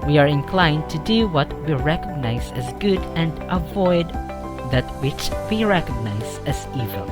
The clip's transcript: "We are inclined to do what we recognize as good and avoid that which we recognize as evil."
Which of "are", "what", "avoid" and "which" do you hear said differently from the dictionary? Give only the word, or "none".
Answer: none